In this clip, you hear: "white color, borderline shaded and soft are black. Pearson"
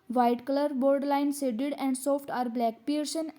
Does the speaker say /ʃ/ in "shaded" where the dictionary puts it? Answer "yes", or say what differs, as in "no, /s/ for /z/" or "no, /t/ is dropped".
no, /s/ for /ʃ/